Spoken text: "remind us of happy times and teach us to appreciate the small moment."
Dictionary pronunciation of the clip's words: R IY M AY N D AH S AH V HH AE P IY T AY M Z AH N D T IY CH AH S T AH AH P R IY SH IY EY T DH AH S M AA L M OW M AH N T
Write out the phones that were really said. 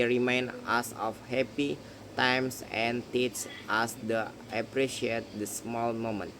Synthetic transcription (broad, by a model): R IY M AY N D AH S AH F HH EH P IY T AY M S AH N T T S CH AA S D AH AH P R IY SH IY EY T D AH S M AA L M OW M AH N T